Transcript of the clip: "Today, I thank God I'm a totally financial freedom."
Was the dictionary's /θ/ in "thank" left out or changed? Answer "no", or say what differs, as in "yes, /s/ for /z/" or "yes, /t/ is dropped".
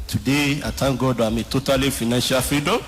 yes, /t/ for /θ/